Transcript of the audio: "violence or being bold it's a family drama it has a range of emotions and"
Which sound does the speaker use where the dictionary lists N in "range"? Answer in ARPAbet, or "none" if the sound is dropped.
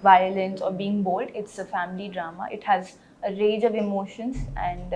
none